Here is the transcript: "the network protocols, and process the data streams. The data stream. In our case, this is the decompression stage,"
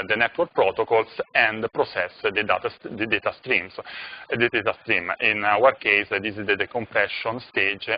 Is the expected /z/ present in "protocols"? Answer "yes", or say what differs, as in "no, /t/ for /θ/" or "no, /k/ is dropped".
no, /s/ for /z/